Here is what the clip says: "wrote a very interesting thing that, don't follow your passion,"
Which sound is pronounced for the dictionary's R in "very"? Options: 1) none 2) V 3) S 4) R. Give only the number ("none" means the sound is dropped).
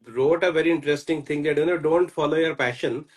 4